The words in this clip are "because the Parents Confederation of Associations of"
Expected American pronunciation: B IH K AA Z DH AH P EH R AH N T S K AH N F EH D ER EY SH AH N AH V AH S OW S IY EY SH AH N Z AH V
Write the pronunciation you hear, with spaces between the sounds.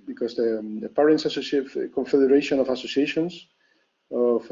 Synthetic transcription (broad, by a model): B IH K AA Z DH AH P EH R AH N S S K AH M F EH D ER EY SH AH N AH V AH S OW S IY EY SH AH N S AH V